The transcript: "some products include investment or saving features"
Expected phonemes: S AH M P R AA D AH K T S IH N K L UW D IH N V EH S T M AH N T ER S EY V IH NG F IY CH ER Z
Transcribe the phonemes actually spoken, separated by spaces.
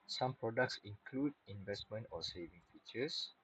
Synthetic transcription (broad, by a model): S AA M P R AA D AH K T S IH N K L UW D IH N V EH S T M AH N T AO S EY V IH NG F IY CH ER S